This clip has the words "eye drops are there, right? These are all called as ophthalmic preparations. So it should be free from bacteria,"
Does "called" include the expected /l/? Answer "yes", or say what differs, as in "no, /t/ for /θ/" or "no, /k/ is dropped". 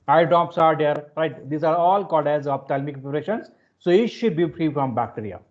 no, /l/ is dropped